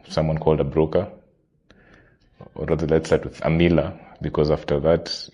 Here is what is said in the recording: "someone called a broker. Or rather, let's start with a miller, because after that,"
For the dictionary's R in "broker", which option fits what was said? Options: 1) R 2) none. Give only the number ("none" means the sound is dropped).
1